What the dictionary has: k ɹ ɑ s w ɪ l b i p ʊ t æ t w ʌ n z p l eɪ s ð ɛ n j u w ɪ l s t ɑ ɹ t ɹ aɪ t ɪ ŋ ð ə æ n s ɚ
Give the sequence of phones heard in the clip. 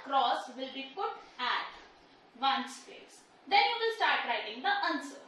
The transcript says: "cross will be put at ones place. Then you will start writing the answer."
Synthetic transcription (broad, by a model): k ɹ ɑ s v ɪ l b i p ʊ t æ t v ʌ n s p eɪ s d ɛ n j u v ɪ l s t ɑ ɹ t ɹ aɪ t ɪ ŋ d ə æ n s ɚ